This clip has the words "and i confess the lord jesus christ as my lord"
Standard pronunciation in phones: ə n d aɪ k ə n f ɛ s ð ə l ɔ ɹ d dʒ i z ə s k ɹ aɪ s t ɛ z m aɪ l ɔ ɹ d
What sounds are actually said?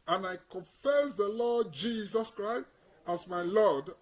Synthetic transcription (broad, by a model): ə n aɪ k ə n f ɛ s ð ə l ɔ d dʒ i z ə s k ɹ aɪ s t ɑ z m aɪ l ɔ d